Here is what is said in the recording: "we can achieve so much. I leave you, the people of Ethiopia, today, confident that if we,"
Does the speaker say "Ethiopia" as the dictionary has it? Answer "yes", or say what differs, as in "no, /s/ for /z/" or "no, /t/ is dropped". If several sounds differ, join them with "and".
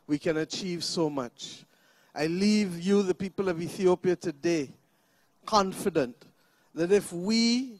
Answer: yes